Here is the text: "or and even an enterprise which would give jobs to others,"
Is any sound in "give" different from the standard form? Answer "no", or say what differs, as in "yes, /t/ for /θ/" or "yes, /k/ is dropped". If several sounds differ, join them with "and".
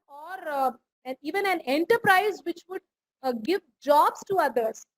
no